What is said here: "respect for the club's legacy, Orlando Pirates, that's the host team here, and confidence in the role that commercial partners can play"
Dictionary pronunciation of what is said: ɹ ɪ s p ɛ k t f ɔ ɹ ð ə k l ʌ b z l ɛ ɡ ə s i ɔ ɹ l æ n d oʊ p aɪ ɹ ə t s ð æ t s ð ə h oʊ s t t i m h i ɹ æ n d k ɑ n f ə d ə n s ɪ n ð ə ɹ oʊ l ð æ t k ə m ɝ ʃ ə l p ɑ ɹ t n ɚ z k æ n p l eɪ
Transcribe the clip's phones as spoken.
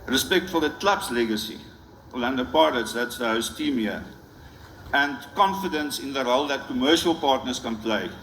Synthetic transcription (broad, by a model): ɹ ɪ s p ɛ k t f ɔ l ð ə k l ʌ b s l ɛ ɡ ə s i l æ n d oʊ p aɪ l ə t s ð æ t s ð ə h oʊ s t t i m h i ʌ æ n d k ɑ n f ə d ə n s ɪ n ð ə ɹ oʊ l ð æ t k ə m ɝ ʃ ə l p ɑ ɹ t n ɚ s k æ n p l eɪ